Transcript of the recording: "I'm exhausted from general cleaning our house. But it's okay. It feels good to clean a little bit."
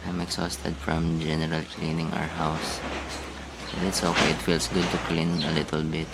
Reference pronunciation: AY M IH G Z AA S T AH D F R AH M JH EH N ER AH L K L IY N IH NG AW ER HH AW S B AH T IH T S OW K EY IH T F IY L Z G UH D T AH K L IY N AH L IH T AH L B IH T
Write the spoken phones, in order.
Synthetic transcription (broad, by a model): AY M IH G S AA S T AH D F R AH M JH EH N ER AH L K L IY N IH NG AW ER HH AW S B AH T IH T S OW K EY IH T F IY L S G UH D T AH K L IY N AH L IH T AH L B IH T